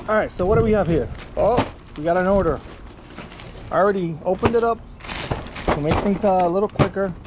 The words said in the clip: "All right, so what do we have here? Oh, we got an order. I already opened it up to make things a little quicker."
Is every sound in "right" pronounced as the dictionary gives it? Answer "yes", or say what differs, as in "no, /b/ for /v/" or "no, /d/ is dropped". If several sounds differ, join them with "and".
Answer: yes